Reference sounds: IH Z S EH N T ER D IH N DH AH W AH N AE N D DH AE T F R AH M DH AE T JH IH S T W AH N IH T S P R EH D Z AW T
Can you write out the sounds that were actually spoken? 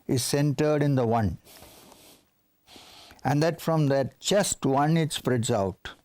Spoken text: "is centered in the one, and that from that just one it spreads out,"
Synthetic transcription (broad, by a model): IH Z S EH N T ER D IH N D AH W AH N AE N D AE T F R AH M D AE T CH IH S T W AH N IH T S P R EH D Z AW T